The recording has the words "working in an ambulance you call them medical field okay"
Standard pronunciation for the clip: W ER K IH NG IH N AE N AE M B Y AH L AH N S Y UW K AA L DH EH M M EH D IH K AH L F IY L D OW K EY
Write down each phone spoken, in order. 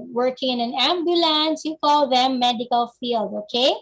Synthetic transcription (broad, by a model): W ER K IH NG IH N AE N AE M B Y AH L AH N S Y UW K AA L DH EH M M EH D IH K AH L F IY L D OW K EY